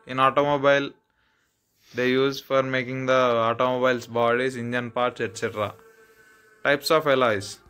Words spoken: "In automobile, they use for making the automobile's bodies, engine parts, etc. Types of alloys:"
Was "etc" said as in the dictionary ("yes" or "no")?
yes